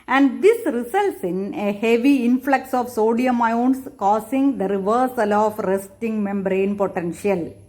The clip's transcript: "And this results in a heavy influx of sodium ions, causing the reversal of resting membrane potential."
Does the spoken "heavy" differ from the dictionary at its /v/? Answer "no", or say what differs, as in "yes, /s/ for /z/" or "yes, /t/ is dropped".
no